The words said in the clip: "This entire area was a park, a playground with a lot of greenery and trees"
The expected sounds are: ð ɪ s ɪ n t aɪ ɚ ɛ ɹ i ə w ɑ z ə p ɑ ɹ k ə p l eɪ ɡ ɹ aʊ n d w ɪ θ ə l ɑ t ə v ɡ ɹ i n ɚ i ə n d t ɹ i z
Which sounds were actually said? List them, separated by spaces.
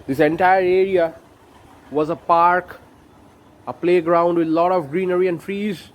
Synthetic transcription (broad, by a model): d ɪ s ɪ n t aɪ ɚ ɛ ɹ i ə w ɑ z ə p ɑ ɹ k ə p l eɪ ɡ ɹ aʊ n d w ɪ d l ɑ t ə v ɡ ɹ i n ɚ i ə n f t ɹ i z